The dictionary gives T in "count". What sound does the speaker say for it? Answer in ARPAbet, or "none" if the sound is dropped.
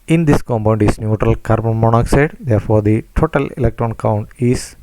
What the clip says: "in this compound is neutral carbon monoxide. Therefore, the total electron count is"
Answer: T